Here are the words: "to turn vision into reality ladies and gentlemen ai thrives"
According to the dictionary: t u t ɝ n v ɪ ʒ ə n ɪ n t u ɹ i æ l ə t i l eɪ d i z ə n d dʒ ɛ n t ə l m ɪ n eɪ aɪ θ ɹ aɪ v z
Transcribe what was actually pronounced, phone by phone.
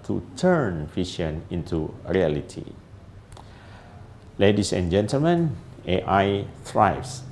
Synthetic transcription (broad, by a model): t u t ɝ n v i ʃ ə n ɪ n t u ɹ i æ l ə t i l eɪ d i s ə n dʒ ɛ n t ə l m ɪ n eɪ aɪ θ ɹ aɪ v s